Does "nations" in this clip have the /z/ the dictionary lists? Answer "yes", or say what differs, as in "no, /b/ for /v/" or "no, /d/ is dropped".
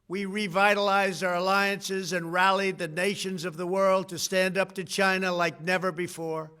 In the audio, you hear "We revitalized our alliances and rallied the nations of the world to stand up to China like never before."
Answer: yes